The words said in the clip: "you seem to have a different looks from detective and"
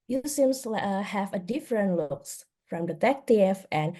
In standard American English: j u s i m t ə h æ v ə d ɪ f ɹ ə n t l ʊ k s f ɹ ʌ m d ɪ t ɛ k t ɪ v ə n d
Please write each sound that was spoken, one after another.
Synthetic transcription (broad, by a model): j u s i m s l h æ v ə d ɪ f ɹ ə n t l ʊ k s f ɹ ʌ m d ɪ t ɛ k t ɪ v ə n